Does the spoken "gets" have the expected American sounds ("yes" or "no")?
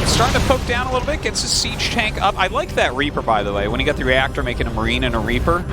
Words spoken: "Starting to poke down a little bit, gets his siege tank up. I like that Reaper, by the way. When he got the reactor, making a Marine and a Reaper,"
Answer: yes